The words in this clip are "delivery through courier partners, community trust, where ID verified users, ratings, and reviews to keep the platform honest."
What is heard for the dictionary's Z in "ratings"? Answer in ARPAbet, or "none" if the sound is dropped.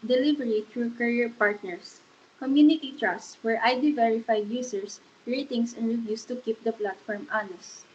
S